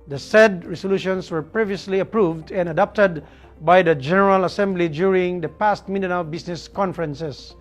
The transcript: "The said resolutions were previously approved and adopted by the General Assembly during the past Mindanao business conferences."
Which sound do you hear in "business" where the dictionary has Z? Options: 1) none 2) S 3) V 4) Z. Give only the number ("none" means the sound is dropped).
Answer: 2